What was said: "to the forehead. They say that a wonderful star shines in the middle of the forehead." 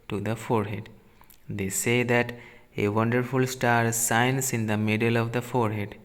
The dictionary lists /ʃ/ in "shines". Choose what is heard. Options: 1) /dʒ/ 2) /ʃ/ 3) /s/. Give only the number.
3